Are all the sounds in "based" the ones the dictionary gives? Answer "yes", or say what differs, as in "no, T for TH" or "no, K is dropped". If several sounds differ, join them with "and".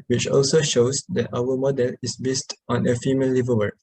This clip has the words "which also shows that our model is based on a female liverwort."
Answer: yes